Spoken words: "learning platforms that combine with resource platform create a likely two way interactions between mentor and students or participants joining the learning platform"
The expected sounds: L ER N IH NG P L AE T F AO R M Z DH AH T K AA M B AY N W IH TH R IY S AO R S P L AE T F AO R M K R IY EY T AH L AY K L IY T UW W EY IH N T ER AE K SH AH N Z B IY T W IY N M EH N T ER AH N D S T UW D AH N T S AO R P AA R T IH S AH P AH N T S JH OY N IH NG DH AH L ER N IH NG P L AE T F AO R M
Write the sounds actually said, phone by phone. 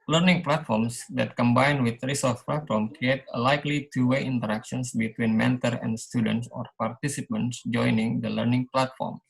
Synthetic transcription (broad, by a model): L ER N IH NG P L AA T F AO R M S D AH T K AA M B AY N W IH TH R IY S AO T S P L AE T F AO R M K R IY EY T AH L AY K L IY T UW W EY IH N T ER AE K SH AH N S B IY T W IY N M EH N T ER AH N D S T UW D AH N T S AO R P AA R T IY S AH P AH N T S JH OY N IH NG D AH L ER N IH NG P L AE T F AO R M